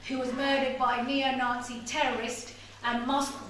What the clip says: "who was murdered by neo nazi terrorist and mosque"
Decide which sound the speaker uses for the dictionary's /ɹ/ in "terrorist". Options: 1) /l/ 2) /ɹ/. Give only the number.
2